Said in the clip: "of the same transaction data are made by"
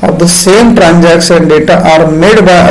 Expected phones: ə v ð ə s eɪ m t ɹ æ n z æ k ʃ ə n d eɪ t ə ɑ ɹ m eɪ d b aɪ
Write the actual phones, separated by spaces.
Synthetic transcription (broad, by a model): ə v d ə s eɪ m t ɹ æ n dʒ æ k s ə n d eɪ t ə ɑ ɹ m eɪ d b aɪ